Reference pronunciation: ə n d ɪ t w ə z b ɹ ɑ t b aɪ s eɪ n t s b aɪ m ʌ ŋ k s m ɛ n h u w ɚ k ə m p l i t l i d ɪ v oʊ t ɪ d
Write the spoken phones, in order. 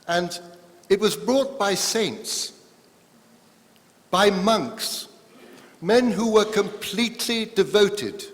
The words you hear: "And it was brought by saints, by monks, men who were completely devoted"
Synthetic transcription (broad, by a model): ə n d ɪ t w ə z b ɹ ɑ t b aɪ s eɪ n t s b aɪ m ʌ ŋ k s m ɛ n h u w ɚ k ə m p l i t l i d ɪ v oʊ t ɪ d